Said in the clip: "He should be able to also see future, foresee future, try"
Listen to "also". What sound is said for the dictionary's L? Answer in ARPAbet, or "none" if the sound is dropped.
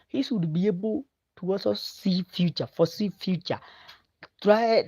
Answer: none